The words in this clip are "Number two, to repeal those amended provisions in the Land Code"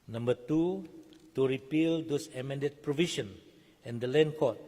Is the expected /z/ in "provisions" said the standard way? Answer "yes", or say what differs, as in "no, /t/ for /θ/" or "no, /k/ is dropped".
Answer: no, /z/ is dropped